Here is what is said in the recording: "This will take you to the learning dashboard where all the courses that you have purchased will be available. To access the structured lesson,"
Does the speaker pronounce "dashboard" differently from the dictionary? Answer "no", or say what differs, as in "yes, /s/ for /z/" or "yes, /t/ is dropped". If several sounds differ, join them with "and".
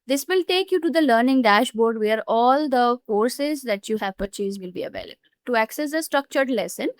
no